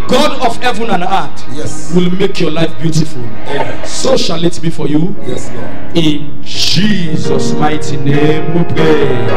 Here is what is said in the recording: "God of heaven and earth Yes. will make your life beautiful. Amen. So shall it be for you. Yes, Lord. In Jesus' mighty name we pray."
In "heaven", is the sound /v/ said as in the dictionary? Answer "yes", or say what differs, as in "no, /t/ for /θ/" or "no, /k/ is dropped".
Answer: yes